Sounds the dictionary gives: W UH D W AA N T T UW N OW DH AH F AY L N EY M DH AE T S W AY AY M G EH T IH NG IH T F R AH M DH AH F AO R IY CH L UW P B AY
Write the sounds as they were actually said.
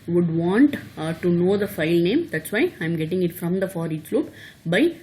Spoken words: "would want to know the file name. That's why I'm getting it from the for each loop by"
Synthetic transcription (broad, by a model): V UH D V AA N T T UW N OW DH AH F AY L N EY M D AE T S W AY AY M G EH T IH NG IH T F R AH M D AH F AO R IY S L UW P B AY